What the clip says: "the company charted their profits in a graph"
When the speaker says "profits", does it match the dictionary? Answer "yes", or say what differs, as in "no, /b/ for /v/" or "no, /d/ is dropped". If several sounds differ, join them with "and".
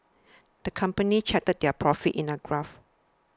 no, /s/ is dropped